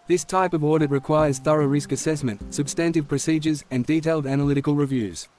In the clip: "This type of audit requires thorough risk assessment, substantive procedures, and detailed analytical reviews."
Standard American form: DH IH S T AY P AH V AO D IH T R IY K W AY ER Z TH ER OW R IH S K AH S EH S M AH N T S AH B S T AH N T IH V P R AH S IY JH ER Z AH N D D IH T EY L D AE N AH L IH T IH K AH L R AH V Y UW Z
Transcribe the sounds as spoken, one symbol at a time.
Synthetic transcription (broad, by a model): DH IH S T AY P AH V AO D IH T R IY K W AY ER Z TH ER OW R IH S K AH S EH S M AH N T S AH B S T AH N T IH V P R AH S IY JH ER Z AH N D D IH T EY L D AE N AH L IH T IH K AH L R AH V Y UW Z